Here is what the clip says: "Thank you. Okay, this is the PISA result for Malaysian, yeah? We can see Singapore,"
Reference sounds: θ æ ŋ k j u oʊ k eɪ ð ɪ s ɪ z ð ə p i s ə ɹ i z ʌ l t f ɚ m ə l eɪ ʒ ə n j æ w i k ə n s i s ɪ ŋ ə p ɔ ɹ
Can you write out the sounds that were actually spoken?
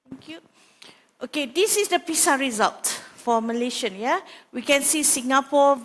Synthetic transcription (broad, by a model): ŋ k j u oʊ k eɪ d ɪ s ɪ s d ə p i s ə ɹ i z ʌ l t f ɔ m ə l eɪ ʃ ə n j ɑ w i k ə n s i s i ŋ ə p ɔ